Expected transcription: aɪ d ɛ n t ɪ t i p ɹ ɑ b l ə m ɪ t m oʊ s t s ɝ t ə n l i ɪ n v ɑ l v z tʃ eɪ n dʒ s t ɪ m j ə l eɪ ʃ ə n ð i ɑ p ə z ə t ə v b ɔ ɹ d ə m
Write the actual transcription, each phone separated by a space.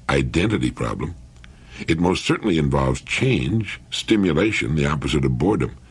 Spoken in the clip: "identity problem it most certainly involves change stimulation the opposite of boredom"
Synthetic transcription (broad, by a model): aɪ d ɛ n t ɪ t i p ɹ ɑ b l ə m ɪ t m oʊ s t s ɝ t n l i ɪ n v ɑ l v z tʃ eɪ n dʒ s t ɪ m j ə l eɪ ʃ ə n ð i ɑ p ə z ə t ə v b ɔ ɹ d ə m